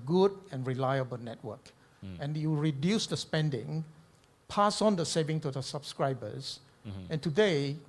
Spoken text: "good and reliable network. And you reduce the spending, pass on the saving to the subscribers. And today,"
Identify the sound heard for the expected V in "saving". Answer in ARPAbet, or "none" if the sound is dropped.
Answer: V